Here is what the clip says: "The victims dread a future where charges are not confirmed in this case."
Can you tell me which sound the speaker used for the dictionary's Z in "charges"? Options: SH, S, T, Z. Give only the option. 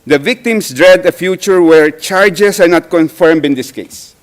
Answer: S